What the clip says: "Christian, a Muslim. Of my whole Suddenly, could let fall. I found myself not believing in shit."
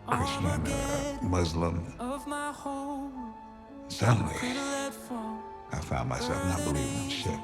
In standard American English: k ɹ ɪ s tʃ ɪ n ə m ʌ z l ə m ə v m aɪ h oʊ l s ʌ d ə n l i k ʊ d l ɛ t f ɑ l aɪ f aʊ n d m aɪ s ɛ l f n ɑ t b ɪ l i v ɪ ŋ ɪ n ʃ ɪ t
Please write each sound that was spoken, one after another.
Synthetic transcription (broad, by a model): k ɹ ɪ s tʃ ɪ n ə m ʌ z l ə m ə v m aɪ h oʊ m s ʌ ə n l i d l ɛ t f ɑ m aɪ f aʊ n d m aɪ s ɛ l f n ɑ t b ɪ l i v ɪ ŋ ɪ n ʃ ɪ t